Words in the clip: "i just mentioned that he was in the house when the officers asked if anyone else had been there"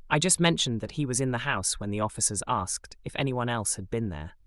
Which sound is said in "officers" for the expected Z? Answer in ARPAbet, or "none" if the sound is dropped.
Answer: Z